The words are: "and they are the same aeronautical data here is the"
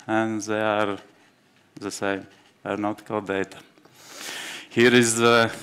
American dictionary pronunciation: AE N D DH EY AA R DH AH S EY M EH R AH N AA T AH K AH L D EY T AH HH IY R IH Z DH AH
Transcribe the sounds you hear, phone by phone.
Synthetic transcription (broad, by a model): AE N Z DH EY AA R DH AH S EY M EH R N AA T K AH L D EY T AH HH IY R IH Z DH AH